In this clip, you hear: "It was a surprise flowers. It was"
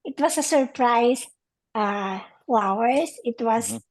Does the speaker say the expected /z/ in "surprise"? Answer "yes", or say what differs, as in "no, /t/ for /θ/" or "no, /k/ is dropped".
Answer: no, /s/ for /z/